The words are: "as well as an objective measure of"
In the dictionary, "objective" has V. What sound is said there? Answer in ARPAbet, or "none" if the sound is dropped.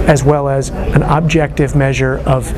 V